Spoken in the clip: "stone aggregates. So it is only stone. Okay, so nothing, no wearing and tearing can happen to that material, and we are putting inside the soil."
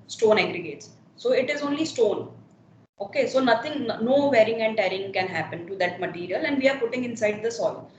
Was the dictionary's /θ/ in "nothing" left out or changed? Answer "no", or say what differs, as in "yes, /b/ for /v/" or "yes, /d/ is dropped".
yes, /t/ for /θ/